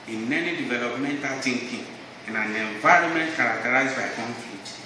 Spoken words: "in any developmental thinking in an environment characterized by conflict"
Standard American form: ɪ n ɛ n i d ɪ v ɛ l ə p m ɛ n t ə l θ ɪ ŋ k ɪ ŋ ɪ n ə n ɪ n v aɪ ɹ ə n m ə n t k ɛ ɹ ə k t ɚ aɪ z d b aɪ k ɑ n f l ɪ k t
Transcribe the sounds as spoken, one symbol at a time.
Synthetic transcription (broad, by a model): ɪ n ɛ n i d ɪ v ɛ l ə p m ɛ n t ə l t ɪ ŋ k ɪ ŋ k n ə n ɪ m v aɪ ɹ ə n m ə n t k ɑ ɹ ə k t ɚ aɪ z b aɪ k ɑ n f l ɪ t